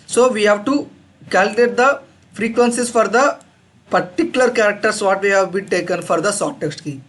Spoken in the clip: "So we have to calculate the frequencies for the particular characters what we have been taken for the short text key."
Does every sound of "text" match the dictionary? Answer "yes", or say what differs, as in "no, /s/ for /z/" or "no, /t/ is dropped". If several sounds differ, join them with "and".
yes